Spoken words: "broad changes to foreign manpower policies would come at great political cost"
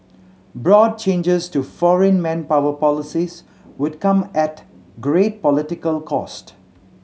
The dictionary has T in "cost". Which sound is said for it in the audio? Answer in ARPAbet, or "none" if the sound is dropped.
T